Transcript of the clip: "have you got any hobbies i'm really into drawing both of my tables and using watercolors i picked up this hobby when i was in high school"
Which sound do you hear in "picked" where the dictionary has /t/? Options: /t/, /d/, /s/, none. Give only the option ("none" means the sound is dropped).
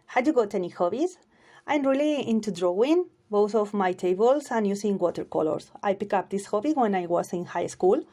none